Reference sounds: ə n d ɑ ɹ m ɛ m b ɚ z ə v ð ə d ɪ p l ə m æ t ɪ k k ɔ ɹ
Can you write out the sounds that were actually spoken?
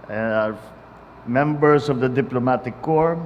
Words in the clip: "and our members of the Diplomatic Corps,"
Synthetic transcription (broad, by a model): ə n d ɑ ɹ m ɛ m b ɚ s ə v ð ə d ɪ p l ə m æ t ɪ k k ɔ ɹ